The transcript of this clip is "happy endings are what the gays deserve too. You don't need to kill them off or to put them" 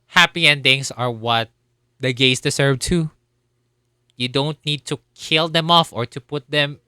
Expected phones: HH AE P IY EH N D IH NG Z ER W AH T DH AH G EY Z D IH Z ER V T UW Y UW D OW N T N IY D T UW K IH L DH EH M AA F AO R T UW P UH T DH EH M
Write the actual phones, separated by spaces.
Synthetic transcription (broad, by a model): HH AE P IY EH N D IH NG S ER W AH T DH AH G EY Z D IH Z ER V T UW Y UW D OW N T N IY D T UW K IH L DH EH M AA F AO R T UW P UH T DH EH M